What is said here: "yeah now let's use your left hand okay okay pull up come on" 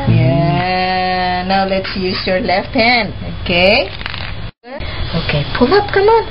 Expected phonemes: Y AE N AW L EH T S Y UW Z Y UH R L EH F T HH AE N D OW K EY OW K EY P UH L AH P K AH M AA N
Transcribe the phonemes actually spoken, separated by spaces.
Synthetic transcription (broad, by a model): Y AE N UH L EH T S Y UW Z Y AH R L EH F T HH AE N OW K EY OW K EY P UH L AH P K AH M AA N